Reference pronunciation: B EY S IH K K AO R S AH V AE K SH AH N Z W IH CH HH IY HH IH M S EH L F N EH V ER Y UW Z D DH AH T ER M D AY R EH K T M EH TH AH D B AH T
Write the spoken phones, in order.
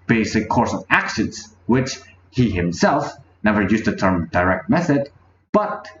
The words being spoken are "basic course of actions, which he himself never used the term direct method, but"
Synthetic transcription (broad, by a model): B EY S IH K K AO R S AH V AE K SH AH N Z W IH CH HH IY HH IH M S EH L F N EH V ER Y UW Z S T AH T ER M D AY R EH K T M EH TH AH D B AH T